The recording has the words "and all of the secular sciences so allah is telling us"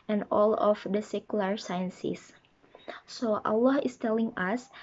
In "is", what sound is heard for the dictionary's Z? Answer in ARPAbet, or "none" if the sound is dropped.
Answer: S